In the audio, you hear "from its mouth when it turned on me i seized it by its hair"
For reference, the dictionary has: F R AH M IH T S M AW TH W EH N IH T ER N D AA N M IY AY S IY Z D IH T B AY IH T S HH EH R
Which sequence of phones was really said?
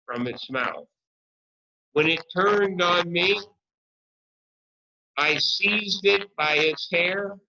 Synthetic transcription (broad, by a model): F R AH M IH T S M AW TH W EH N IH T ER N D N M IY AY S IY Z D IH T B AY IH T S HH EH R